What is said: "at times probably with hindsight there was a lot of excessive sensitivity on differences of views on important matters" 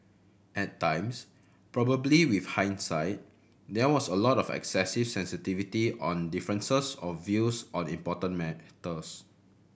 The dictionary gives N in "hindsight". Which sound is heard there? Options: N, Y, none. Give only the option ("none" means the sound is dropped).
N